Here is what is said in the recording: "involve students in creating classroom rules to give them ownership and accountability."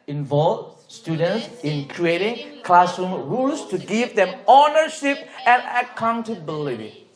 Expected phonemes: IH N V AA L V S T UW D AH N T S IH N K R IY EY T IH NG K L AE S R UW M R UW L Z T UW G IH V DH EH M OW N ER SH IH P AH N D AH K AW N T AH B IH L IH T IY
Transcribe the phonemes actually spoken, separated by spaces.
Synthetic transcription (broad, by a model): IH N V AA L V S T UW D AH N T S IH N K R IY EY T IH NG K L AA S UW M R UW L S T UW G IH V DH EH M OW N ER SH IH P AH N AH K AW N T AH B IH L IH T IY